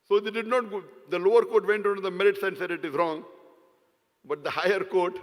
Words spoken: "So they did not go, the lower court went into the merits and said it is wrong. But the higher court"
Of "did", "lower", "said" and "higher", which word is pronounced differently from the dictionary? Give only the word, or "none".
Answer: none